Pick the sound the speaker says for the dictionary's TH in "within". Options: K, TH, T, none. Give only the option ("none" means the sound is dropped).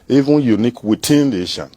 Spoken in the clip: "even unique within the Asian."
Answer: T